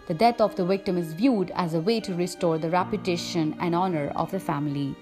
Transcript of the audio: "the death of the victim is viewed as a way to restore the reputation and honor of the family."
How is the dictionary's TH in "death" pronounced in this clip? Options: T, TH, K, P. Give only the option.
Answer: T